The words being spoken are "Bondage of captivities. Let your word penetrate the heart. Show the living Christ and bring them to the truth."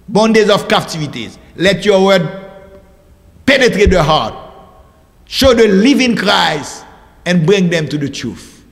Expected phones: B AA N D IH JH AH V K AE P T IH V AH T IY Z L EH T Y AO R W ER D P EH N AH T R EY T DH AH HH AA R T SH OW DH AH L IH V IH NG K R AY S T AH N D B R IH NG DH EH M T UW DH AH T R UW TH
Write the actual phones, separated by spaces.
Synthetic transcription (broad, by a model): B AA N D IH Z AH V K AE P T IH V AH T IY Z L EH T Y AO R W ER D P EH N AH T R EY T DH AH HH AA R T SH OW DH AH L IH V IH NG K R AY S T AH N B R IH NG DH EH M T UW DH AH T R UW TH